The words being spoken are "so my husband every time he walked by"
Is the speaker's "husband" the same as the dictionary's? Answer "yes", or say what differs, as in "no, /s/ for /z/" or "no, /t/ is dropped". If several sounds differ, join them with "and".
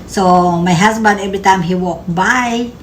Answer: no, /s/ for /z/